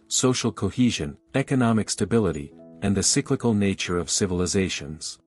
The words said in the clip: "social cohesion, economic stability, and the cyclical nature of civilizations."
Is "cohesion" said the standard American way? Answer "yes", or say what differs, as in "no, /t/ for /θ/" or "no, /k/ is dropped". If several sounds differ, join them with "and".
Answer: yes